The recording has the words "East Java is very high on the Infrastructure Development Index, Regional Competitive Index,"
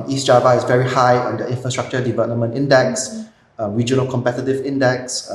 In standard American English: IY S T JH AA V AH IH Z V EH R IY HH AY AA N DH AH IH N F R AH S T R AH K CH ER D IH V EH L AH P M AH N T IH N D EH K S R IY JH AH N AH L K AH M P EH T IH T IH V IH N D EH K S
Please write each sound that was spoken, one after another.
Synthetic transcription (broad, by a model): IY S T JH AA V AH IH S V EH R IY HH AY AA N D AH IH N F R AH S T R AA K CH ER D IH V EH L AH P M AH N T IH N D EH K S R IY JH AH N AH L K AH M P EH T IH T IH V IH N D EH K S